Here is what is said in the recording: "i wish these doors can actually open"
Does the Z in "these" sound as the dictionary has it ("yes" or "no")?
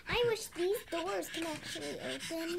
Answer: yes